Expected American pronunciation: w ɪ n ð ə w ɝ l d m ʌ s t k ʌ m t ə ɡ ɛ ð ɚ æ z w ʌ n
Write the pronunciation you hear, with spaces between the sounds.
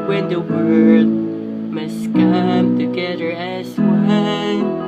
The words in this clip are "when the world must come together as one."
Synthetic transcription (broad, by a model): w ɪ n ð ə w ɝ d m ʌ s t k ʌ m t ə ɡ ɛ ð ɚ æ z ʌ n